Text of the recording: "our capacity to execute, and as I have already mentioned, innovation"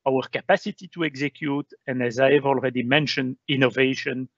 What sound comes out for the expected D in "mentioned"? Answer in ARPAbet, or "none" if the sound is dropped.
D